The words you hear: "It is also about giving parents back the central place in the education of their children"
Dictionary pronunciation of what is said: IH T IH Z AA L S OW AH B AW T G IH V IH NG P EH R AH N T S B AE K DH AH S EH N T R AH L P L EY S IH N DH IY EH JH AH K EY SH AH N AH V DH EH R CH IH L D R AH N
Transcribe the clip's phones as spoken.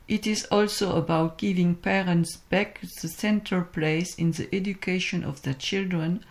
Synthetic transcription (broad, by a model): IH T IH Z AA L S OW AH B AW T G IH V IH NG P EH R AH N T S B AE K DH AH S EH N T AH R P L EY S IH N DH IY EH JH AH K EY SH AH N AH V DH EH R CH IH L D R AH N